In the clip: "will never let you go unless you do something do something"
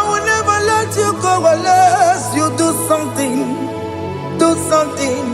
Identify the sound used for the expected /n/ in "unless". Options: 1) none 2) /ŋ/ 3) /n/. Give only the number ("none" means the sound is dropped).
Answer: 1